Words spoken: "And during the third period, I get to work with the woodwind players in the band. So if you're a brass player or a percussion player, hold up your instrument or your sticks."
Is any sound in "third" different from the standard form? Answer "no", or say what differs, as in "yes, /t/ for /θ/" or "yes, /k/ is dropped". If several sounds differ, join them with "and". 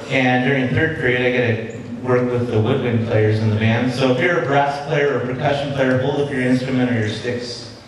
no